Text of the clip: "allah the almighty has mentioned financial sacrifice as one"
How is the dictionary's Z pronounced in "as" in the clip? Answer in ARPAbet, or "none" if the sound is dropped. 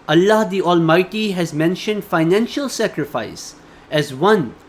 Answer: Z